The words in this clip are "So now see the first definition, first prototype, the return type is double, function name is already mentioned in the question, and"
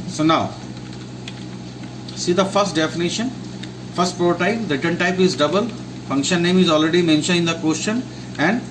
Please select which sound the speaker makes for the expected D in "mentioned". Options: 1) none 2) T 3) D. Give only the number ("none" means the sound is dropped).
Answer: 1